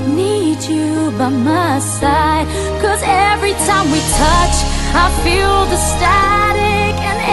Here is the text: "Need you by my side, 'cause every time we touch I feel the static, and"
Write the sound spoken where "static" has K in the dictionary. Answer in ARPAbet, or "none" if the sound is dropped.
K